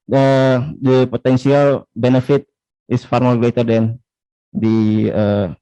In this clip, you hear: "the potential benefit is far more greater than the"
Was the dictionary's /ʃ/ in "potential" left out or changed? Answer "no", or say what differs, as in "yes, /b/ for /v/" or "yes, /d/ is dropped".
yes, /s/ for /ʃ/